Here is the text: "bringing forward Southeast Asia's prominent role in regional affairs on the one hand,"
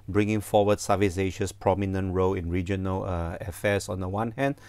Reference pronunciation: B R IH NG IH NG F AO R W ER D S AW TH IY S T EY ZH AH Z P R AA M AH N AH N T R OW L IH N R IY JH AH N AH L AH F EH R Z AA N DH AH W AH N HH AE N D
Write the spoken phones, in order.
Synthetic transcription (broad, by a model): B R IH NG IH NG F AO W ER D S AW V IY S EY SH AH S P R AA M AH N AH N T R OW L IH N R IY JH AH N AH L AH F EH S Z AA N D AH W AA N HH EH N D